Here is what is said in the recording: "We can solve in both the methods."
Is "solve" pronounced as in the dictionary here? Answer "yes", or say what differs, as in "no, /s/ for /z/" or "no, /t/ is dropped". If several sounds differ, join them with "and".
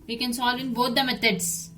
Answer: yes